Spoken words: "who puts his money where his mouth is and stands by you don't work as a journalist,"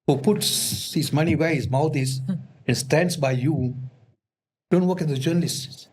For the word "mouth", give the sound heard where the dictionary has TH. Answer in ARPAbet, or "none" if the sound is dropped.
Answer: T